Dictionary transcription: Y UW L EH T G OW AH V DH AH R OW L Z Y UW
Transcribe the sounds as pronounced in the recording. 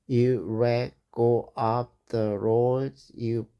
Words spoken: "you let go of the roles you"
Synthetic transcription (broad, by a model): Y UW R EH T G OW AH P DH AH R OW Z Y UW